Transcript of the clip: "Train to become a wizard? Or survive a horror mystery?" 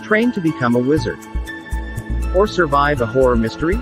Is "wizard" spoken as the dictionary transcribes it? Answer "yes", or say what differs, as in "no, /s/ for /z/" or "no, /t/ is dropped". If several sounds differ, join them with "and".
yes